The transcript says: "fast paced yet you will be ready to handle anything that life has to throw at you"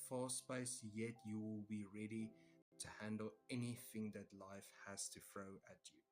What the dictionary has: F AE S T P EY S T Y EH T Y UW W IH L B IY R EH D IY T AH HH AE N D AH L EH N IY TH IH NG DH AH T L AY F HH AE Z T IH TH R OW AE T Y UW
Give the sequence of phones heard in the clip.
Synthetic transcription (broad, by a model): F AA S P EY S Y EH T Y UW W IH L B IY R EH D IY T AH HH AE N D AH L EH N IY TH IH NG DH AH T L AY F HH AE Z T IH F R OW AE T Y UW